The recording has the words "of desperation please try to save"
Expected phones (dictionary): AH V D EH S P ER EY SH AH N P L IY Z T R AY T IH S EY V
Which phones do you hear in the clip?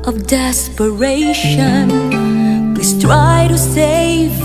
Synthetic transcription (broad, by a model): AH V D EH S P ER EY SH AH N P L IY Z T R AY T IH S EY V